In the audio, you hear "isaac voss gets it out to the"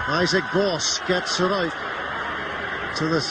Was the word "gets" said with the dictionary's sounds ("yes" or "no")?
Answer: yes